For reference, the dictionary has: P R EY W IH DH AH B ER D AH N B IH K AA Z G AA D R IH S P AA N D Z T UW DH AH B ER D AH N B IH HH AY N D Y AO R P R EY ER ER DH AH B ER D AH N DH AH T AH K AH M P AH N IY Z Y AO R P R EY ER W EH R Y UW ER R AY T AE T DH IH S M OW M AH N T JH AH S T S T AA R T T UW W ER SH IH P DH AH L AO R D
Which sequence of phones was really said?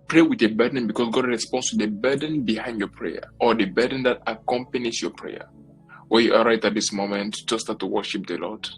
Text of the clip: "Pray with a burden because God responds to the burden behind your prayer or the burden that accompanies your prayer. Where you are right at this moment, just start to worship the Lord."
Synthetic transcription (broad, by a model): P R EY W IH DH AH B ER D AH N B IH K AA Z G AA D R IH S P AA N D S T UW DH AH B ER D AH N B IH HH AY N D Y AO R P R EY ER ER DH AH B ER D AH N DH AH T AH K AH M P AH N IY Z Y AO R P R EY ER W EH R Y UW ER R AY T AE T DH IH S M OW M AH N T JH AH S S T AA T T UW W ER SH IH P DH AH L AO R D